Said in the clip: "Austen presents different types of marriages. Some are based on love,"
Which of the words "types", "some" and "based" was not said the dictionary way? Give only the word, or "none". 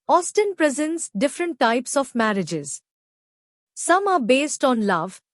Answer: none